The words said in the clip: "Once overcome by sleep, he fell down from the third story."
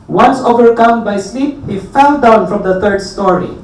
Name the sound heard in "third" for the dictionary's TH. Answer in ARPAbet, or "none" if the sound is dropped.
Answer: T